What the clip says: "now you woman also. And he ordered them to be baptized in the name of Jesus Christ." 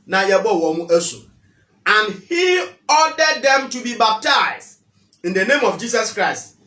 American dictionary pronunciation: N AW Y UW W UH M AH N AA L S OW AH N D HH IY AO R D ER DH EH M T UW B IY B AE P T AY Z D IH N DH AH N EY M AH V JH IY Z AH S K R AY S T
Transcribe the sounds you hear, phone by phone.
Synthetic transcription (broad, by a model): N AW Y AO W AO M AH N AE S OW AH N HH IY AO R D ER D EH M T UW B IY B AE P T AY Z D IH N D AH N EY M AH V JH IY S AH S K R AY S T